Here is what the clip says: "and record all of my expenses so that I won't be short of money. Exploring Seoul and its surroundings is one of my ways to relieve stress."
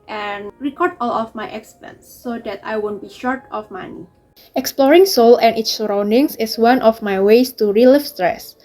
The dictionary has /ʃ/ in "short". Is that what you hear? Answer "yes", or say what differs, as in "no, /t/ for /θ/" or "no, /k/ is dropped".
yes